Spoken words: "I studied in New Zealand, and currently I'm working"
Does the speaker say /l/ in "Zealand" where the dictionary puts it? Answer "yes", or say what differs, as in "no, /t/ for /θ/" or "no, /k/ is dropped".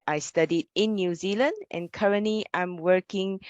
yes